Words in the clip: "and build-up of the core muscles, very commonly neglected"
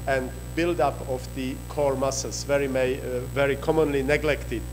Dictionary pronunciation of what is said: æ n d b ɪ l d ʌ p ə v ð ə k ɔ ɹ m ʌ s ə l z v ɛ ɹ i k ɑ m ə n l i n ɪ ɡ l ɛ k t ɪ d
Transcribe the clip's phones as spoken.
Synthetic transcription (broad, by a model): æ n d b ɪ l d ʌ p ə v ð ə k ɔ ɹ m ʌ s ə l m v ɛ ɹ i k ɑ m ə n l i n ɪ ɡ l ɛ k t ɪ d